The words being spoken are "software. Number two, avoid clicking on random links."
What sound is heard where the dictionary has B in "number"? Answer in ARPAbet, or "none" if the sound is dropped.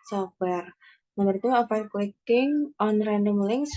none